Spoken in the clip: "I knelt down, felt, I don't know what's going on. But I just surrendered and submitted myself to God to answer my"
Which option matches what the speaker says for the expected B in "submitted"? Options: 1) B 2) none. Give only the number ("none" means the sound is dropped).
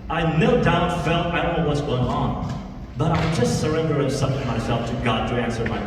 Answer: 2